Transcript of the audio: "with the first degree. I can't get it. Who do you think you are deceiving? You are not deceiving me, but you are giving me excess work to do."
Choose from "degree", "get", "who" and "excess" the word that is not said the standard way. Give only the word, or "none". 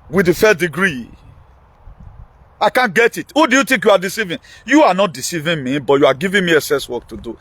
excess